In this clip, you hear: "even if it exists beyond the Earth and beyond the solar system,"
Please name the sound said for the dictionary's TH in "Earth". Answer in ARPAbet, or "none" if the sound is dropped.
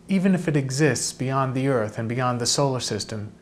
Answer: TH